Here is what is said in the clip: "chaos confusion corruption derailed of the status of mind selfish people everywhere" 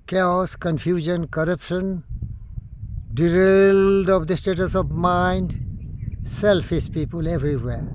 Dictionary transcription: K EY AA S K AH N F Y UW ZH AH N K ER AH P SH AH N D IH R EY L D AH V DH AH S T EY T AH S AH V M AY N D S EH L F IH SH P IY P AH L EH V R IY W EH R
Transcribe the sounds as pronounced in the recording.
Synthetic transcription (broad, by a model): K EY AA S K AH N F Y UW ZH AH N K ER AH P SH AH N D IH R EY L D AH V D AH S T EY T AH S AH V M AY N D S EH L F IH S P IY P AH L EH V R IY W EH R